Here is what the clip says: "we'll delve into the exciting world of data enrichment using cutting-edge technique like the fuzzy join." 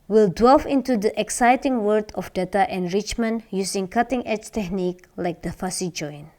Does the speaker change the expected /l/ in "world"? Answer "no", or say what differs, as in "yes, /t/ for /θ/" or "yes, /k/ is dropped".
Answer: yes, /l/ is dropped